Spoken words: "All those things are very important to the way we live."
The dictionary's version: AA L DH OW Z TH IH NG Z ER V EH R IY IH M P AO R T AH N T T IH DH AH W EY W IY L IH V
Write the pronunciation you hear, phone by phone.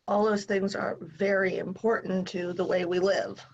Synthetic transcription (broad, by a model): AA L DH OW Z TH IH NG Z ER V EH R IY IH M P AO R T N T T IH DH AH W EY W IY L IH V